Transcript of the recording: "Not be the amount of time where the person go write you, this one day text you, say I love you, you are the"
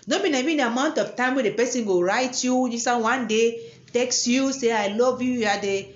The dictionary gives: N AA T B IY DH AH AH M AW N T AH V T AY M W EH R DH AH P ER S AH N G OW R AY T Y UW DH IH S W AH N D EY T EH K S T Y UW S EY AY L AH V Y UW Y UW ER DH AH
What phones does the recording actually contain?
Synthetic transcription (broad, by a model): N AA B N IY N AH AH M AW N T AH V T AY M W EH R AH P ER S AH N G OW R AY T Y UW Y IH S W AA N D EY T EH K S Y UW S EY AY L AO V Y UW Y UW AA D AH